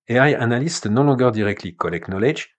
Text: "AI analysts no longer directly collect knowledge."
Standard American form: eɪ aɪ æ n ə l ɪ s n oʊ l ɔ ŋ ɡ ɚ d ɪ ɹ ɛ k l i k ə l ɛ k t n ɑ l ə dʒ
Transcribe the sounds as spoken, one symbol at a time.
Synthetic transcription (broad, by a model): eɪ aɪ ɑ n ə l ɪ s n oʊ l ɔ ɡ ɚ d ɪ ɹ ɛ k l i k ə l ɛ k n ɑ l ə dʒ